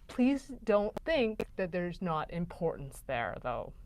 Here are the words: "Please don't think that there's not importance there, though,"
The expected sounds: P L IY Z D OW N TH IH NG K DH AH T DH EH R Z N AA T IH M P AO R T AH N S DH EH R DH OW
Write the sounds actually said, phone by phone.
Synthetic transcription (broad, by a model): P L IY Z D OW N TH IH NG K DH AH T DH EH R Z N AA T IH M P AO R T N S DH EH R DH OW